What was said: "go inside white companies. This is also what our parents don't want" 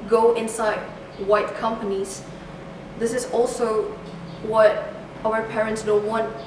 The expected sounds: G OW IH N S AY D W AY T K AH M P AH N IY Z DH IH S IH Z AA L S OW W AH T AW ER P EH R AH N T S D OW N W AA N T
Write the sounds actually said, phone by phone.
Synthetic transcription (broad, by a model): G OW IH N S AY D W AY T K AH M P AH N IY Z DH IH S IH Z AA L S OW W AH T AW ER P EH R AH N T S D OW N W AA N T